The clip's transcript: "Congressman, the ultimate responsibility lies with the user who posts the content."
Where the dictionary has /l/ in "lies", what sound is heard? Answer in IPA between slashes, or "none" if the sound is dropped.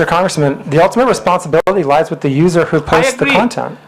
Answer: /l/